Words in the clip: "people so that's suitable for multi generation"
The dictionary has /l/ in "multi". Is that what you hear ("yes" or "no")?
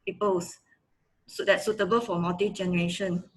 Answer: no